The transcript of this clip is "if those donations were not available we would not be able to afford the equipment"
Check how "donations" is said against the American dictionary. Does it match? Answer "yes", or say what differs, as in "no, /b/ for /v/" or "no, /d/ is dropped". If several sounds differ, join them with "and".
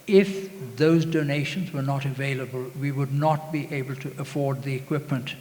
yes